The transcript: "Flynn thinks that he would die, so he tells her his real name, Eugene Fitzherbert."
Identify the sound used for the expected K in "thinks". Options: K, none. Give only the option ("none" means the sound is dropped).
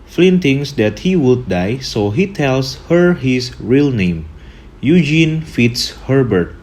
none